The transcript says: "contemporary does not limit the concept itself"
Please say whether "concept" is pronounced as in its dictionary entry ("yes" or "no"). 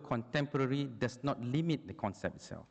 no